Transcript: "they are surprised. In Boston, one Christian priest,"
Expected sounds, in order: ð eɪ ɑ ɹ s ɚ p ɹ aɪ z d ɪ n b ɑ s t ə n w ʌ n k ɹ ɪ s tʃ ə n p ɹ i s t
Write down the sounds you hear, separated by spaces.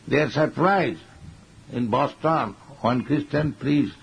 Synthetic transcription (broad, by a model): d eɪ ɑ ɹ s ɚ p ɹ aɪ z ɪ n b ɑ s t ə n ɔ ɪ n k ɹ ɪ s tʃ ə n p ɹ i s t